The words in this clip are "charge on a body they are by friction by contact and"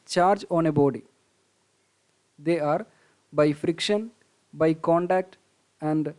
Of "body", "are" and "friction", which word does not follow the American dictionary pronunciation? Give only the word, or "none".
none